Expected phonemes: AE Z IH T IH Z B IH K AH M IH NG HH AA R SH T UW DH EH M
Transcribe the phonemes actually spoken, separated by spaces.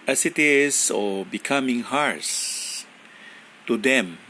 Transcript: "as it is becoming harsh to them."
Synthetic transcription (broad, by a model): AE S IH T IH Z B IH K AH M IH NG HH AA R S T UW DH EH M